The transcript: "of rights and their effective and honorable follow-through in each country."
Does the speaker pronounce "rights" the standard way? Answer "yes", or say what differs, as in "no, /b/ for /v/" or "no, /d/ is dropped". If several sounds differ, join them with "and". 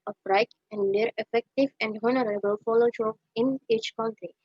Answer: no, /s/ is dropped